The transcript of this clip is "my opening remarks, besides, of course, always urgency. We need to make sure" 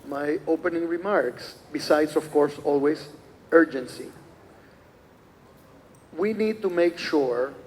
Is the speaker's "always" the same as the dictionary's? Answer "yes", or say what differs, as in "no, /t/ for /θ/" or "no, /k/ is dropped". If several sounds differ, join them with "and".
no, /s/ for /z/